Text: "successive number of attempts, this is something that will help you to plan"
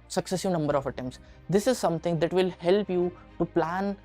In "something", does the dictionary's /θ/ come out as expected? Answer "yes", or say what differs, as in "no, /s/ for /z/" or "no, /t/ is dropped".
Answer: no, /t/ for /θ/